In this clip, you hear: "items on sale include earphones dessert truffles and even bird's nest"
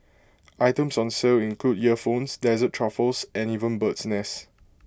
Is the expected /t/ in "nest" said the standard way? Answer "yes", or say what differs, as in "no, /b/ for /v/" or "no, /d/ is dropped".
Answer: no, /t/ is dropped